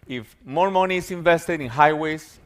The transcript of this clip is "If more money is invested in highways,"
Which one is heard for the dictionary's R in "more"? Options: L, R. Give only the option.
R